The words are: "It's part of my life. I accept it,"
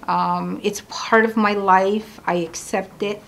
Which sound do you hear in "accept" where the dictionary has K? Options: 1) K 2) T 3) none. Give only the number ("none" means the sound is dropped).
1